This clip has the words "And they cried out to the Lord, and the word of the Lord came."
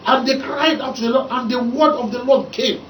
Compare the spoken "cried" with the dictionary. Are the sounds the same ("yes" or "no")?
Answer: yes